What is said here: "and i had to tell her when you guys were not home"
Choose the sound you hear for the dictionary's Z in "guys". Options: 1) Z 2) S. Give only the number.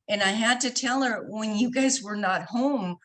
1